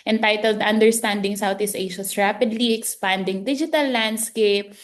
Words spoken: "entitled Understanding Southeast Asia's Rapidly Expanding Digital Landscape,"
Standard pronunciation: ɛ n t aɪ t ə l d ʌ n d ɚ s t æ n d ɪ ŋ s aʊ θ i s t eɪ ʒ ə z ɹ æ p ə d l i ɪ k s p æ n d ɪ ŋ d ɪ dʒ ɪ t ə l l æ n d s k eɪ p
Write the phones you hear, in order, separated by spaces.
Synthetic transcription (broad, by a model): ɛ n t aɪ t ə l d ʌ n d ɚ s t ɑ n d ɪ ŋ s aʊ t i s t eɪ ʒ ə s ɹ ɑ p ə d l i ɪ k s p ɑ n d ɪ ŋ d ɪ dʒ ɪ t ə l l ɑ n d s k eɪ p